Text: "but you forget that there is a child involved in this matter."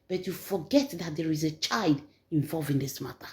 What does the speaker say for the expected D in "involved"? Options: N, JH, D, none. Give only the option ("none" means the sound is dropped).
none